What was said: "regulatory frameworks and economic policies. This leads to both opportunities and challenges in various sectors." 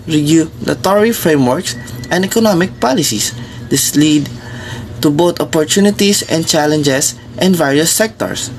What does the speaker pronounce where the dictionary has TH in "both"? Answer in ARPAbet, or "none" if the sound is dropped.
T